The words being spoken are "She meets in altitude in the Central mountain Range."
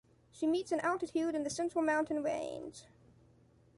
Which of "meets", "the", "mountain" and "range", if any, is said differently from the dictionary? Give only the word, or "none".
range